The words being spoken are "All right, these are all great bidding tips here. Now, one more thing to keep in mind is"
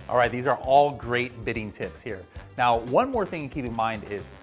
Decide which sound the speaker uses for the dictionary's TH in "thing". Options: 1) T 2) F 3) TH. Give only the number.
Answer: 3